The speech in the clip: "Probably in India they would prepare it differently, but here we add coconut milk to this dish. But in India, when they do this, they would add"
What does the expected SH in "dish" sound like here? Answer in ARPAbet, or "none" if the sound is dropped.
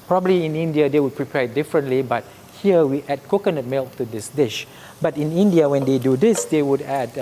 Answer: SH